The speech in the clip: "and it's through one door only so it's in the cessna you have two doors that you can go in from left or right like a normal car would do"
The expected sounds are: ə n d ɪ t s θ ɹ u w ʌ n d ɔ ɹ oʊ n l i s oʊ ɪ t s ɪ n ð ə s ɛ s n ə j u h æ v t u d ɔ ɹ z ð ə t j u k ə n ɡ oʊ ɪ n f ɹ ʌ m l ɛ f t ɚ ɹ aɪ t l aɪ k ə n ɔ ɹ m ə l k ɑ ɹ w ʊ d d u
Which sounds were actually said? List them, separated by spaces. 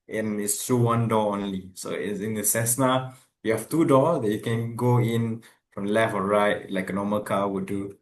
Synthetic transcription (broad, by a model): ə n ɪ t s t ɹ u w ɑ n d ɔ oʊ n l i s oʊ ɪ t s ɪ n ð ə s ɛ s n ə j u h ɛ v t u d ɔ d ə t j u k ə n ɡ oʊ ɪ n f ɹ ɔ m l ɛ f t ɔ ɹ aɪ t l aɪ k ə n ɔ m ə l k ɑ w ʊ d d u